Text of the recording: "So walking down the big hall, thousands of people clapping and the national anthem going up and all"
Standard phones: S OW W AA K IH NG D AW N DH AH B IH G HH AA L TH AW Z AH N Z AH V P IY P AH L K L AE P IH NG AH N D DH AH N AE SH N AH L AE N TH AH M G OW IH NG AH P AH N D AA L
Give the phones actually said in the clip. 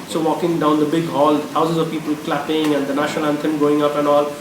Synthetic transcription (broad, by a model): S OW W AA K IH NG D AW N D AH B IH G HH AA L T AW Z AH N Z AH V P IY P AH L K L AE P IH NG AH N D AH N AE SH N AH L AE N T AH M G OW IH NG AH P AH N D AA L